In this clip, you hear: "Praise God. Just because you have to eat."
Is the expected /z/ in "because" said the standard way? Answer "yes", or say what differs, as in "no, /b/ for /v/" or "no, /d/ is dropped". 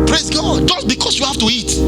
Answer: no, /s/ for /z/